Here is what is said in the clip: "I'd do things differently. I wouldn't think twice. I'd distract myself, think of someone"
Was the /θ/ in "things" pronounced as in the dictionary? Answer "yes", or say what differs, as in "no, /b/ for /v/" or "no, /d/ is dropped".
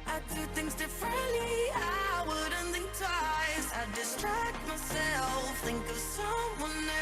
yes